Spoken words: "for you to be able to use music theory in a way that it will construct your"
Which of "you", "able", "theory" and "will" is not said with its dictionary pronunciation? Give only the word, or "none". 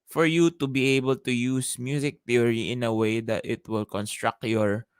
theory